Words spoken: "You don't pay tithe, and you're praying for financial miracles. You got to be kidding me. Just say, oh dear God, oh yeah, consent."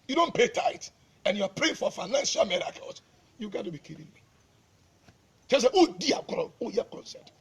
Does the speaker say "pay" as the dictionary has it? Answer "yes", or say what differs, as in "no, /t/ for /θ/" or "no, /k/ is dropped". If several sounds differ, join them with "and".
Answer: yes